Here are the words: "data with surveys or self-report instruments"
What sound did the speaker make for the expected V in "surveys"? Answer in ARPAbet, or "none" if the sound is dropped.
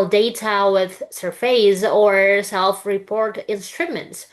F